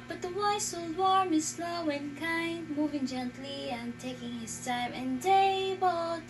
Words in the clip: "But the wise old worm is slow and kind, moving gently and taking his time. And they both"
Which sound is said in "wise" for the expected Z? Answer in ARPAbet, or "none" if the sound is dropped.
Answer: S